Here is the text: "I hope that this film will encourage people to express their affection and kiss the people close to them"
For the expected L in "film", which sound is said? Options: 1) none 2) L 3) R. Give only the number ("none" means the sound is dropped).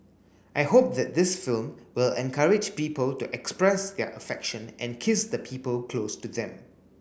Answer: 2